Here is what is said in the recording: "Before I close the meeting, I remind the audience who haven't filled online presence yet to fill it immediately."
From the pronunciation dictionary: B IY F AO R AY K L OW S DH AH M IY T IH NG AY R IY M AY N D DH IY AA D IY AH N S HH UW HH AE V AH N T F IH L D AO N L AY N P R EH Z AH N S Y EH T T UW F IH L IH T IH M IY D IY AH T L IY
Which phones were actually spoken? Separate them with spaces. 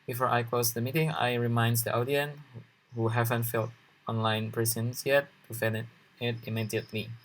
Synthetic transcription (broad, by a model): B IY F AO R AY K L OW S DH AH M IY T IH NG AY R IY M AY N D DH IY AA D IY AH N HH UW HH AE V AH N T F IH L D AO N L AY N P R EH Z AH N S Y EH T T UW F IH N IH T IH M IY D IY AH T L IY